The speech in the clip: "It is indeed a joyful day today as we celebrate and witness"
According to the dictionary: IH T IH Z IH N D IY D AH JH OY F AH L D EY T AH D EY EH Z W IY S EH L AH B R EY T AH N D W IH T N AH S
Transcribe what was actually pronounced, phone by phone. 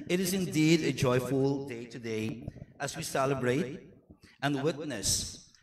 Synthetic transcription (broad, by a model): IH T IH Z IH N D IY D AH JH OY F AH L D EY T AH D EY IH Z W IY S EH L AH B R EY T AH N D W IH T N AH S